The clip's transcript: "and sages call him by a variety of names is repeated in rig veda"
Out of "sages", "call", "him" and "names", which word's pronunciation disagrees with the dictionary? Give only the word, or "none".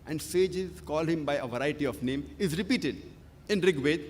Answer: names